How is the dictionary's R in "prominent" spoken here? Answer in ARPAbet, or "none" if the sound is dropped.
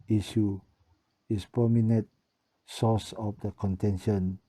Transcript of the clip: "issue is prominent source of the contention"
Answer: none